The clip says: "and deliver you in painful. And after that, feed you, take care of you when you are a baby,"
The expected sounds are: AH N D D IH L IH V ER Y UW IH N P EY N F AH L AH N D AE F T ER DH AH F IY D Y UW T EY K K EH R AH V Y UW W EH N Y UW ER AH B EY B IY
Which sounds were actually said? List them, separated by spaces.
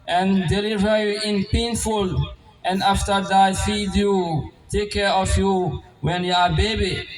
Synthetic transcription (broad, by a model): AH N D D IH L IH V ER Y UW IH N P EY N F AH L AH N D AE F T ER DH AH F IY D Y UW T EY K K EH R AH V Y UW W EH N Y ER AH B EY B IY